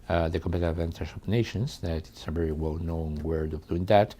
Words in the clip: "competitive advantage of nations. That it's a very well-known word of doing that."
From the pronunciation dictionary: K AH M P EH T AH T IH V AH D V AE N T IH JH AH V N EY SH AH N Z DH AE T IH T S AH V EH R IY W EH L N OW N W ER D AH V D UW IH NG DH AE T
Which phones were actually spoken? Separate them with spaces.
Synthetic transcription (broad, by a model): K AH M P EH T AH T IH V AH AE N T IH SH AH P N EY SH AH N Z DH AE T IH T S AH V EH R IY W EH L N OW N W ER D AH V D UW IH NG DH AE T